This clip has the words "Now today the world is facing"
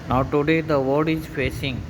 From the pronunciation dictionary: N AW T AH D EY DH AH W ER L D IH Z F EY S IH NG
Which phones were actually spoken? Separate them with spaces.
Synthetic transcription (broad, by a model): N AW T AH D EY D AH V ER D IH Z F EY S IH NG